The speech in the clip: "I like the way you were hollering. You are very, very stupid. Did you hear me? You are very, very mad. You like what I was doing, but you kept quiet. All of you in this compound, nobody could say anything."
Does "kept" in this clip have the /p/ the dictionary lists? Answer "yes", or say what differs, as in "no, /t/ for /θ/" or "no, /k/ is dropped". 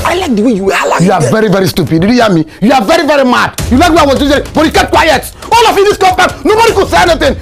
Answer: no, /p/ is dropped